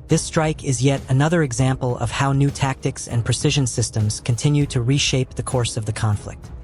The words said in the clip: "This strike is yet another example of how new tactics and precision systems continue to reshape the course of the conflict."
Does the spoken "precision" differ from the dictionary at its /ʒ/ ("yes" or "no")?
no